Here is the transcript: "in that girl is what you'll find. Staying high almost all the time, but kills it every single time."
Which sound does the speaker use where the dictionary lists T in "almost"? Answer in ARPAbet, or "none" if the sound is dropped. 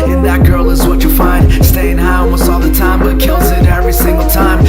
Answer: none